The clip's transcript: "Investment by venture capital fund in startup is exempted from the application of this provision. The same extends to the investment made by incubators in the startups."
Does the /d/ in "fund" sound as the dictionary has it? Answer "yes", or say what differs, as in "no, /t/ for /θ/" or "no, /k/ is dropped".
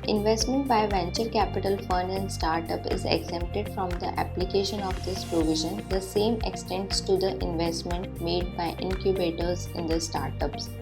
no, /d/ is dropped